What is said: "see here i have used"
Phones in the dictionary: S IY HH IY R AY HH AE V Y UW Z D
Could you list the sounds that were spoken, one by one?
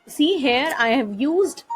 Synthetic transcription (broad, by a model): S IY HH IY R AY HH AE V Y UW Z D